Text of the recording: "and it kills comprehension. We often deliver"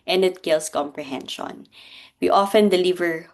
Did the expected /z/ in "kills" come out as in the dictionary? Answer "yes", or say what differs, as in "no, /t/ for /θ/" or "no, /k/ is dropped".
no, /s/ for /z/